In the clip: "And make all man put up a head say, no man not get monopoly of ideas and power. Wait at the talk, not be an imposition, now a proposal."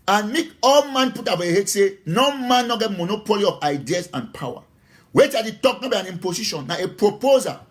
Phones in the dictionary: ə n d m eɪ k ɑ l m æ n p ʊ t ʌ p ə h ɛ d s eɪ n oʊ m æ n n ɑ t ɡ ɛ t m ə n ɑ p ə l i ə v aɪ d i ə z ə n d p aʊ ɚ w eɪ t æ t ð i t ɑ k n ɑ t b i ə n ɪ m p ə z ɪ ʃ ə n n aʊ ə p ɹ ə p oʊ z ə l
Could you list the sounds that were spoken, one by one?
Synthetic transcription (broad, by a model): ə n m eɪ k ɑ l m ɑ n p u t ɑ f ə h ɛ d s eɪ n oʊ m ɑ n n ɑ ɡ ɛ t m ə n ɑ p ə l i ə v aɪ d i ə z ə n p aʊ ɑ w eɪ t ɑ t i t ɑ k n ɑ b i ə n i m p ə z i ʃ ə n n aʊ ə p ɹ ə p oʊ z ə